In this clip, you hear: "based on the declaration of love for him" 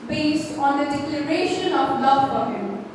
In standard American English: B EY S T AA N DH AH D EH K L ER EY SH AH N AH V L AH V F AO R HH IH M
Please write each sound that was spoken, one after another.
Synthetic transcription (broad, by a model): B EY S T AA N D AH D EH K L ER EY SH AH N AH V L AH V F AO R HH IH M